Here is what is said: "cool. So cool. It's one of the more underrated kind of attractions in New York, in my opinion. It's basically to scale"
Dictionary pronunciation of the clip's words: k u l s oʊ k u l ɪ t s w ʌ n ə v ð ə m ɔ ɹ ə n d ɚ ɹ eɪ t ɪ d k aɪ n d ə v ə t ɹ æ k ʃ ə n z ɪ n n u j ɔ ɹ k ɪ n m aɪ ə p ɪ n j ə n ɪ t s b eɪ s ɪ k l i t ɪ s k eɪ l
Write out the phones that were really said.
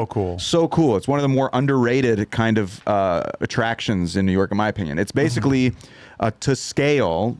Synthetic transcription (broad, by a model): k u l s oʊ k u l ɪ t s w ʌ n ə v ð ə m ɔ ɹ ə n d ɚ ɹ eɪ t ɪ d k aɪ n d ə v ə t ɹ æ k ʃ ə n z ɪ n n u j ɔ ɹ k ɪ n m aɪ ə p ɪ n j ə n ɪ t s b eɪ s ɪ k l i t ɪ s k eɪ l